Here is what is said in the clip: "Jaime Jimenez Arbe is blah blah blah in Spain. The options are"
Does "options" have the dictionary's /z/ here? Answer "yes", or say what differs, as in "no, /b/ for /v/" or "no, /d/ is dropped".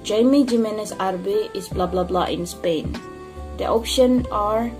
no, /z/ is dropped